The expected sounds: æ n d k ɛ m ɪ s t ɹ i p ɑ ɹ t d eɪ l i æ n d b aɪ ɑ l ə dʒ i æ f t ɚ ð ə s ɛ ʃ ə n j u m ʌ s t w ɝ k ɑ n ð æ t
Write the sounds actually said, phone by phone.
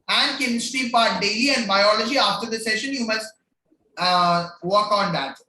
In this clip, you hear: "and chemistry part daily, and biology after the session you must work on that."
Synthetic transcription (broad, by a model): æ n d k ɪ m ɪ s t i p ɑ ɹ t d eɪ l i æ n d b aɪ ɑ l ə dʒ i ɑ f t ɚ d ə s ɛ ʃ ə n j u m ʌ s t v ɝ k ɑ n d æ t